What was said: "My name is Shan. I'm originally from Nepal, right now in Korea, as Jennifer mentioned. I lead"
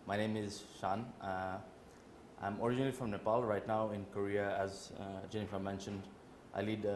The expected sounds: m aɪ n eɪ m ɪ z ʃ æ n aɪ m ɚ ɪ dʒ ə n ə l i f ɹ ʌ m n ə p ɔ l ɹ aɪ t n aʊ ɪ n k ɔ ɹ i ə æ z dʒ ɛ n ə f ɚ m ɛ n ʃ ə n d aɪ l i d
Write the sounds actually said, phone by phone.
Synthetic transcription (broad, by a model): m aɪ n eɪ m ɪ z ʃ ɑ n aɪ m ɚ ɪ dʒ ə n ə l i f ɹ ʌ m n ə p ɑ l ɹ aɪ t n aʊ ɪ n k ɔ ɹ i ə æ z dʒ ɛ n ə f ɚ m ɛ n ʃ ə n d aɪ l i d